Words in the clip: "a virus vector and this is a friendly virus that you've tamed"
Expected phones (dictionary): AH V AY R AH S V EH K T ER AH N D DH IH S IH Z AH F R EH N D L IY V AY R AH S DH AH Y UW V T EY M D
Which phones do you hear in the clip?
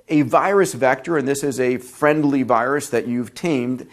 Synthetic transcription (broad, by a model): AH V AY R AH S V EH K T ER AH N DH IH S IH Z AH F R EH N D L IY V AY R AH S DH AH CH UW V T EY M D